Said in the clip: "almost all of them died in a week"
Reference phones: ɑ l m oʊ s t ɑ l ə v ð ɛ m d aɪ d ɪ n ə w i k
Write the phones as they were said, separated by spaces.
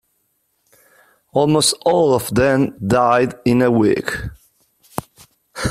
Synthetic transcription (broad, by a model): ɑ l m oʊ s t ɑ l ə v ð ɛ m d aɪ d ɪ n ə w i k